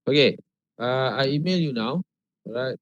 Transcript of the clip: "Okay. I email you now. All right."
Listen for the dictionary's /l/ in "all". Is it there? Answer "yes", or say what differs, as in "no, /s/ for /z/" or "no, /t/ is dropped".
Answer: no, /w/ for /l/